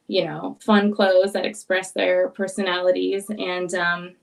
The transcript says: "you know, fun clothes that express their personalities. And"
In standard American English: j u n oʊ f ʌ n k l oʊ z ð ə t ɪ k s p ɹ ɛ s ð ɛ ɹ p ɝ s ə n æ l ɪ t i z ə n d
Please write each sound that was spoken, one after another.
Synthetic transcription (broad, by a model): j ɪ n oʊ f ʌ n k l oʊ z ð ə t ɪ k s p ɹ ɛ s ð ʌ ɹ p ɝ s ə n æ l ɪ t i z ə n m